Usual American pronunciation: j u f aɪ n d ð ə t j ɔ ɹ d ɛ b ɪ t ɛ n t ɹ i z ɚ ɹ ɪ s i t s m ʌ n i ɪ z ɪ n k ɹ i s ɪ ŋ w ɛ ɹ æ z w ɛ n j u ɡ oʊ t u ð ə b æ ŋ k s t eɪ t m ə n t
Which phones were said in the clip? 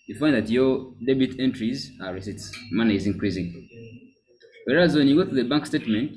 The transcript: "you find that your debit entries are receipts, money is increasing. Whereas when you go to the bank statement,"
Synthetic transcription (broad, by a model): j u f aɪ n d ð ə t j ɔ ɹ d ɛ b ɪ t ɛ n t ɹ i z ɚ ɹ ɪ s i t s m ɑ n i ɪ z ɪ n k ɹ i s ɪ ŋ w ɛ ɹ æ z w ɛ n j u ɡ oʊ t u ð ə b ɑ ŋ k s t eɪ t m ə n t